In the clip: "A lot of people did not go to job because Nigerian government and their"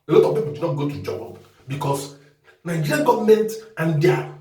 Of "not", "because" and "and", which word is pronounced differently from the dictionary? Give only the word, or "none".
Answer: because